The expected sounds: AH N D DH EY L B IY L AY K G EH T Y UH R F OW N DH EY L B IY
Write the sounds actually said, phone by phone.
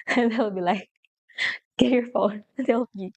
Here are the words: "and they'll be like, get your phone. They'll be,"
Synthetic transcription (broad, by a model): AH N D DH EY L B IY L AY K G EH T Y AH R F OW N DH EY L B IY